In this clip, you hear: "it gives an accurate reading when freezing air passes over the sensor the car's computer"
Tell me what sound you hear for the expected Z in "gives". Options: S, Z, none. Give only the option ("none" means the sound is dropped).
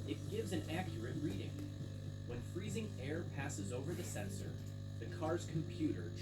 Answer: Z